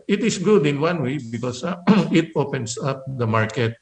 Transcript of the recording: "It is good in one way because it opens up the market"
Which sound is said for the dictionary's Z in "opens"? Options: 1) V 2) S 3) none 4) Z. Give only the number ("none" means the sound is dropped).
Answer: 2